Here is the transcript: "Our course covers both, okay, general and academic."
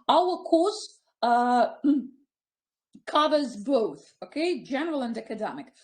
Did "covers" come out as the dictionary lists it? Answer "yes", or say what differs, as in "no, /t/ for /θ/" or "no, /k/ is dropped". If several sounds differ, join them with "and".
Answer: yes